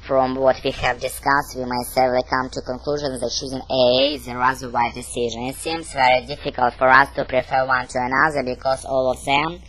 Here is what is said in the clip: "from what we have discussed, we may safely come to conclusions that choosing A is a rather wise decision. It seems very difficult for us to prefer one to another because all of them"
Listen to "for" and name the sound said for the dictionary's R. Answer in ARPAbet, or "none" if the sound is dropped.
R